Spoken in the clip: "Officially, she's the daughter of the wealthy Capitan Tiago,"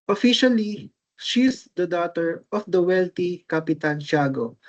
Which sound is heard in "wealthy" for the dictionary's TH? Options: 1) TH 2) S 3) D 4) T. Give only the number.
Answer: 4